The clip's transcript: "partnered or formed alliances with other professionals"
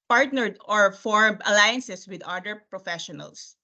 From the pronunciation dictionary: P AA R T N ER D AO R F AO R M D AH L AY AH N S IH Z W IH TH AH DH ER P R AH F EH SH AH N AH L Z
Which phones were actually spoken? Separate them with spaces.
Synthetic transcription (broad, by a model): P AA R T N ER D AO R F AO R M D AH L AY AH N S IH S W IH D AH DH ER P R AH F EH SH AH N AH L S